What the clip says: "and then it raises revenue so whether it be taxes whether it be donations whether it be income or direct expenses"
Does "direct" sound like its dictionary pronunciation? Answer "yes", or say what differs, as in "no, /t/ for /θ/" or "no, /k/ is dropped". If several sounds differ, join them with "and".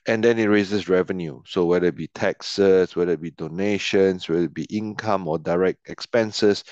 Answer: yes